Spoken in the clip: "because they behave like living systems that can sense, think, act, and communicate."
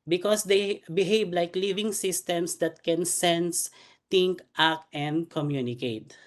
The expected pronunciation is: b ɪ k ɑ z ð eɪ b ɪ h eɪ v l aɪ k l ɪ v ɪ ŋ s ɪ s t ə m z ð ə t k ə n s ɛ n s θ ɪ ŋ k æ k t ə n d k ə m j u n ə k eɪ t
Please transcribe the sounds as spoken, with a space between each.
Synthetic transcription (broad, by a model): b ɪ k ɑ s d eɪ b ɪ h eɪ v l aɪ k l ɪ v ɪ ŋ s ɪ s t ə m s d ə t k ə n s ɛ n s t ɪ ŋ k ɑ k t ə n d k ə m j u n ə k eɪ t